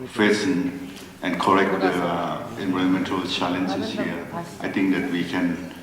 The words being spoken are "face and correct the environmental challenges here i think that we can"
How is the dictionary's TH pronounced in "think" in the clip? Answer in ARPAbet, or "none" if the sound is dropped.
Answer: T